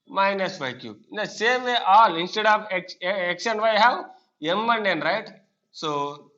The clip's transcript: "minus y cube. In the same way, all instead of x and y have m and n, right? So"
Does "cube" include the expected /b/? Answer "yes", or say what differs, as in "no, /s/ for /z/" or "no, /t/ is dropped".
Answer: no, /b/ is dropped